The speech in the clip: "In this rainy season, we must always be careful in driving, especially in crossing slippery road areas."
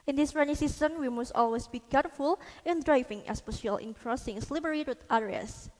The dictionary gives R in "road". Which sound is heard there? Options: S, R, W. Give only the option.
W